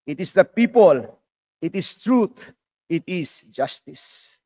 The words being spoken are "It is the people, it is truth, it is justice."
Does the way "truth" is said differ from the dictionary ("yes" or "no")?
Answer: yes